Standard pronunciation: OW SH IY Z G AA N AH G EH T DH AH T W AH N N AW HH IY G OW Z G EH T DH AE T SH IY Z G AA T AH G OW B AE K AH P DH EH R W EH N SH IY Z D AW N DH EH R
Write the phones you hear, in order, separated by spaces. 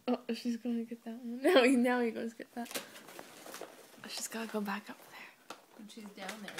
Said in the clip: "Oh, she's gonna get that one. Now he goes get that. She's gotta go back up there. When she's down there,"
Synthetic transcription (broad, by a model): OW SH IY Z G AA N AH G EH T DH AH T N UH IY N AW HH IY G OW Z G EH T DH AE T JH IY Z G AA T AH G OW B AE K AH P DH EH R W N SH IY Z D AW N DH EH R